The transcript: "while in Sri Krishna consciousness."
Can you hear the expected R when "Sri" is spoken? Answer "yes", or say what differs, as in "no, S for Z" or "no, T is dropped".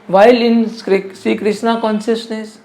no, R is dropped